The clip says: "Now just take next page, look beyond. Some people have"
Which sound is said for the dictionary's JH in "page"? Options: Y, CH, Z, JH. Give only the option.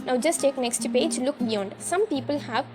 JH